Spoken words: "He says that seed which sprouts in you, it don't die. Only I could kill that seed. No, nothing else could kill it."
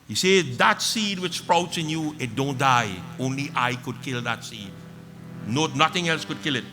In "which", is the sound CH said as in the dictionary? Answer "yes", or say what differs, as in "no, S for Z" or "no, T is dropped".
yes